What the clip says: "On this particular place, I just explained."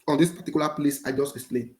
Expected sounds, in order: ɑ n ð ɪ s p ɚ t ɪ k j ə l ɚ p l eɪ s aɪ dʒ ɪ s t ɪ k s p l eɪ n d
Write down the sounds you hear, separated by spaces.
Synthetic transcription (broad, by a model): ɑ n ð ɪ s p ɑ t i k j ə l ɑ p l eɪ s aɪ dʒ ɪ s t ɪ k s p l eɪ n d